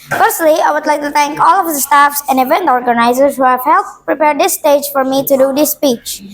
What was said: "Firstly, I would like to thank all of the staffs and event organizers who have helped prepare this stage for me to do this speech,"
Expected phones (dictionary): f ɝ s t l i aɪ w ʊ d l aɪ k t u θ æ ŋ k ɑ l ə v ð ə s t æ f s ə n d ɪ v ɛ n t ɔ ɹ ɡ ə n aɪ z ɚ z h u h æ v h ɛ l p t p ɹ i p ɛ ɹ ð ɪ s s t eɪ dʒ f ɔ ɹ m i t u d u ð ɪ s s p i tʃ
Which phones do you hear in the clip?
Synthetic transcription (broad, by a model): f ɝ s t l i aɪ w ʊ d l aɪ k t u t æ ŋ k ɑ l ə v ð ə s t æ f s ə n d ɪ v ɛ n t ɔ ɹ ɡ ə n aɪ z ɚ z h u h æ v h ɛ l t p ɹ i p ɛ ɹ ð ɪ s s t eɪ dʒ f ɔ ɹ m i t u d u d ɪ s s p i tʃ